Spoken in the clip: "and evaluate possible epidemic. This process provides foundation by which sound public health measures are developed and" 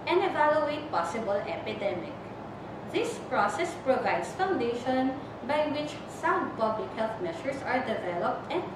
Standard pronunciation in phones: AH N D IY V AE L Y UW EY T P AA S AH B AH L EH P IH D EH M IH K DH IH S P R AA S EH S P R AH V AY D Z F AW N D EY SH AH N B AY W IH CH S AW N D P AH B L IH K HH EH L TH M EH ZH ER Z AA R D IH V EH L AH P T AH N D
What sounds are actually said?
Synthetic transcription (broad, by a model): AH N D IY V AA L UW EY T P AA S AH B AH L EH P IH D EH M IH K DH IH S P R AA S EH S P R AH V AY D S F AW N D EY SH AH N B AY W IH CH S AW D P AH B L IH K HH EH L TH M EH SH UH S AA R D IH V EH L AH P T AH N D